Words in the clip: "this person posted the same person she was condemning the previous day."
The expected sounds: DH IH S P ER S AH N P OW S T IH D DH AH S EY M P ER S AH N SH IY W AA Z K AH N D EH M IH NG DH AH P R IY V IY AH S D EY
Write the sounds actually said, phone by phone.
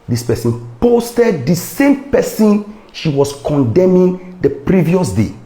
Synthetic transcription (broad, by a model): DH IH S P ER S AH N P OW S T IH D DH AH S EY M P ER S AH N SH IY W AA S K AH N D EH M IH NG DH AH P R IY V IY AH S D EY